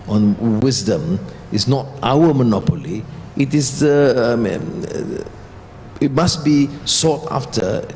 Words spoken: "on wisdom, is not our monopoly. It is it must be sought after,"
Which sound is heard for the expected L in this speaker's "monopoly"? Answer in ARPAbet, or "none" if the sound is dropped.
L